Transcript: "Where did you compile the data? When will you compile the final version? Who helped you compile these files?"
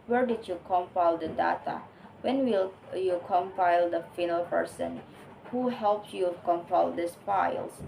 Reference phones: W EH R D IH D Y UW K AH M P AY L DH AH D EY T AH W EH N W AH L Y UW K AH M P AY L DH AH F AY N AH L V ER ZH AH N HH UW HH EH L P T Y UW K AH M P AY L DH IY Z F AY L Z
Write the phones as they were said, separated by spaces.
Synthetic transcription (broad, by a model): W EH R D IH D Y UW K AH M P AY L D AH D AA T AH W EH N W AH L Y UW K AH M P AY L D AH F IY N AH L P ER S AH N HH UW HH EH L P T Y UW K AH M P AY L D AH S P AY L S